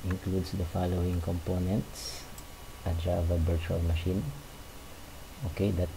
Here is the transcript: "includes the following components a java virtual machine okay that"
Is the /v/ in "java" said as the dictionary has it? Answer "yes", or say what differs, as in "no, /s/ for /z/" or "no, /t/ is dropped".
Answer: yes